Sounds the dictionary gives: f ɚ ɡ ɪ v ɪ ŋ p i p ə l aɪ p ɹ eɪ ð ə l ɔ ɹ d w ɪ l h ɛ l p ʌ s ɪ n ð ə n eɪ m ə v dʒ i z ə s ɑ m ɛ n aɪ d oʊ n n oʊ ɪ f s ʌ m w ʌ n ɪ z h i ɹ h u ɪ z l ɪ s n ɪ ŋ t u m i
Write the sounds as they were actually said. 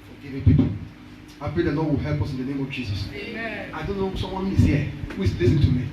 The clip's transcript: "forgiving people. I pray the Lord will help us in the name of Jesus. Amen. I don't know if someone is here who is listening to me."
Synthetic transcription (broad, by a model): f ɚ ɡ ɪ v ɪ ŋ p i p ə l aɪ p ɹ eɪ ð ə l ɔ d w ɪ l h ɛ l p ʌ s ɪ n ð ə n eɪ m ə v dʒ i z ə s ɑ ɪ d oʊ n n oʊ s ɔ m w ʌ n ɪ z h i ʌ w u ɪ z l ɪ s ɪ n t u m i